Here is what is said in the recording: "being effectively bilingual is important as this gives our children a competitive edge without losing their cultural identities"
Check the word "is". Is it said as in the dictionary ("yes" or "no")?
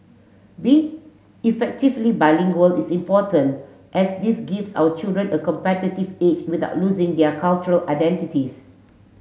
no